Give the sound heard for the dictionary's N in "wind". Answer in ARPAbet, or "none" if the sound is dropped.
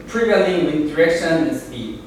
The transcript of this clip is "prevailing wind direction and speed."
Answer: none